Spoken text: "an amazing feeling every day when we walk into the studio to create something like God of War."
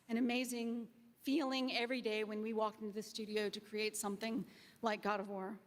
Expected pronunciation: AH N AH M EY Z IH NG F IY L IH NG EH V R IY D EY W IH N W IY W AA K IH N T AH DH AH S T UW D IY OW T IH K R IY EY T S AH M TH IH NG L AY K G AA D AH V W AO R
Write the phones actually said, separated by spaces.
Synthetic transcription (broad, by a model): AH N AH M EY Z IH NG F IY L IH NG EH V R IY D EY W IH N W IY W AA K IH N T AH DH AH S T UW D IY OW T IH K R IY EY T S AH M TH IH NG L AY K G AA D AH V W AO R